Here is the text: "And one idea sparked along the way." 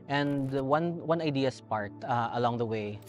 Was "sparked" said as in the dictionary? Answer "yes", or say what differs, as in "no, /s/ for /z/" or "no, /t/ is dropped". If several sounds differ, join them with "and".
no, /k/ is dropped